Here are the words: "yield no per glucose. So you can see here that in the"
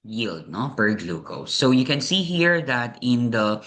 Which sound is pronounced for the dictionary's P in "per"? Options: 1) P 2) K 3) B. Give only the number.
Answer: 3